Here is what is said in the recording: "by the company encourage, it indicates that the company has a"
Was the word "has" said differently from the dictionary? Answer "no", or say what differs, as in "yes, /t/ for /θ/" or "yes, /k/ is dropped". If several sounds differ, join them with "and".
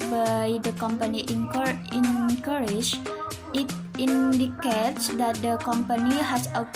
yes, /s/ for /z/